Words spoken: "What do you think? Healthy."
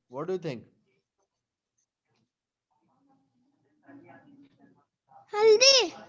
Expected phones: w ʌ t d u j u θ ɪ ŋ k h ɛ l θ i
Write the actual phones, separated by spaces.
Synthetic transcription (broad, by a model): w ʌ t d u j u t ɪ ŋ k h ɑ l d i